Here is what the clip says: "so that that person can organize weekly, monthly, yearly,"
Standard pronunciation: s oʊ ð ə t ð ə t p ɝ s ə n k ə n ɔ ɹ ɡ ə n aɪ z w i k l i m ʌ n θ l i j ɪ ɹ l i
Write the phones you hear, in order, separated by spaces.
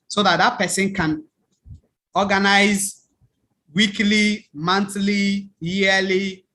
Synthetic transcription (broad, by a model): s oʊ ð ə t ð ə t p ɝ s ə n k ə n ɔ ɡ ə n aɪ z w i k l i m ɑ n t l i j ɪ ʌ l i